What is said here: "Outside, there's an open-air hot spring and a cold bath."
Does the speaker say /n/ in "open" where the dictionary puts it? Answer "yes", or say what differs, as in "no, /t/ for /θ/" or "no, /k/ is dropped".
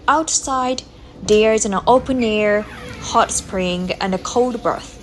yes